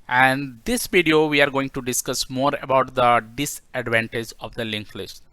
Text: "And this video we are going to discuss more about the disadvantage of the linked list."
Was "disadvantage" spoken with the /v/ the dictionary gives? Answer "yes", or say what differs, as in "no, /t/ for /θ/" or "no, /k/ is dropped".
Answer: yes